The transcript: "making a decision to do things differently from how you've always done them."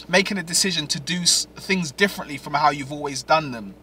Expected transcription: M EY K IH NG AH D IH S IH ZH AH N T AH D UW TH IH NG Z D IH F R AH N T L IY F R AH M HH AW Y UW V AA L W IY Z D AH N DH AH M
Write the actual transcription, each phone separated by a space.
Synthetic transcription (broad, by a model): M EY K IH NG AH D IH S IH ZH AH N T AH D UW TH IH NG Z D IH F R AH N T L IY F R AH M HH AW Y UW V AA L W IY Z D AH N DH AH M